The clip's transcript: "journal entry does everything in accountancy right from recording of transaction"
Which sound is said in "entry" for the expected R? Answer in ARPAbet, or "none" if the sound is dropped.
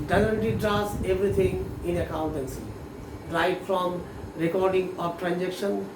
none